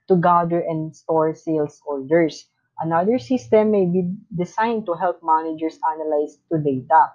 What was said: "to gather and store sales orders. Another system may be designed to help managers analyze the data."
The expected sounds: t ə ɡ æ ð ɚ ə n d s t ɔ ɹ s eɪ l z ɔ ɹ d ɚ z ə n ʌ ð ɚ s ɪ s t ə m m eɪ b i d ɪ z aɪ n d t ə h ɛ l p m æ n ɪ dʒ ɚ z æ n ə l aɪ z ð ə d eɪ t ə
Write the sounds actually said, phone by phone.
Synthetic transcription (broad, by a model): t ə ɡ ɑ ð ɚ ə n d s t ɔ ɹ s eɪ l s ɔ l d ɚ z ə n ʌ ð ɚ s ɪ s t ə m m eɪ b i d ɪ s aɪ n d t ə h ɛ l p m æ n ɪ dʒ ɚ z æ n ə l aɪ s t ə d eɪ t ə